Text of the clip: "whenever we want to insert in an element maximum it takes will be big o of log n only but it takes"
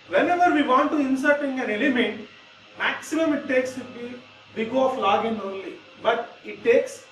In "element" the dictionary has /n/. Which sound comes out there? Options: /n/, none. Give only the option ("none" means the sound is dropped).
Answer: /n/